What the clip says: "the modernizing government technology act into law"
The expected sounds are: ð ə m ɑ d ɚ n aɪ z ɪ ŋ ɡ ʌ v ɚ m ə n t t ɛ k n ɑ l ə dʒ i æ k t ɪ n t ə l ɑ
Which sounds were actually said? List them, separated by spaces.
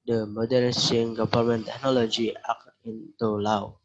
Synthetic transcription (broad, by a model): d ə m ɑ d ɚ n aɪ s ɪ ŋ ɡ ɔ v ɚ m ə n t t ɛ k n ɑ l ə dʒ i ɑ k ɪ n t ə l ɑ